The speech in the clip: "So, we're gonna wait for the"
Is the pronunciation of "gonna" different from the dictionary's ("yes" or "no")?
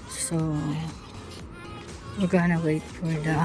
no